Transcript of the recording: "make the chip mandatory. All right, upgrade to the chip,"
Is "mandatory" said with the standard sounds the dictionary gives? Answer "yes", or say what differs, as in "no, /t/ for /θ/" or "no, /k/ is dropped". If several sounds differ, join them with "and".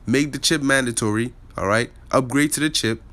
yes